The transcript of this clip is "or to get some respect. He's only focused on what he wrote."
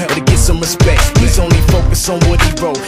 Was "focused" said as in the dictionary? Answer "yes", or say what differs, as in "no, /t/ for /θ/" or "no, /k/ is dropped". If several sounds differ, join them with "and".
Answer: no, /t/ is dropped